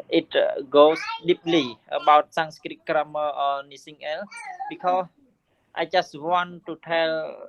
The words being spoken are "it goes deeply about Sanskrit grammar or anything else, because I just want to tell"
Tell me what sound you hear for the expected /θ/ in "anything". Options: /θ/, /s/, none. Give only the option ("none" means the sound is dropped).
/s/